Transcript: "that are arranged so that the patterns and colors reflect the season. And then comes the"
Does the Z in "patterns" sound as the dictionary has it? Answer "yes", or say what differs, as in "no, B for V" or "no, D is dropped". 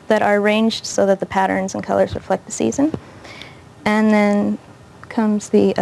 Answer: yes